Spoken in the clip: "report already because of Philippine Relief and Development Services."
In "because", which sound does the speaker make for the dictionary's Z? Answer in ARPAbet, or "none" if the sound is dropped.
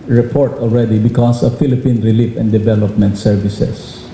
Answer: S